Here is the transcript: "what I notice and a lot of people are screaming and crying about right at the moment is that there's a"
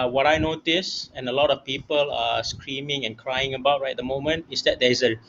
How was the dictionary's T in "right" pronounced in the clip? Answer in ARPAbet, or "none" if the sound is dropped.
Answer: none